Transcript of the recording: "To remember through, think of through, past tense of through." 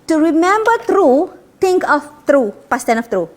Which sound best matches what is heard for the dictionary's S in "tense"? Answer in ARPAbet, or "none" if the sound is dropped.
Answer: none